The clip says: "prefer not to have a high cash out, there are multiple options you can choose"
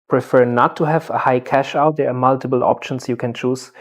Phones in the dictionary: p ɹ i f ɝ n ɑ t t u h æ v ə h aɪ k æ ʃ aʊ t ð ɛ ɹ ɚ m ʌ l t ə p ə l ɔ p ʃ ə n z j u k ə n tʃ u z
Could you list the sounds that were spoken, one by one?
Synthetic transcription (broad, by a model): p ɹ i f ɝ n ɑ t t u h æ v ə h aɪ k æ ʃ aʊ t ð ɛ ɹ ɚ m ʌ l t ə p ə l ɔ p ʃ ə n s j u k ə n tʃ u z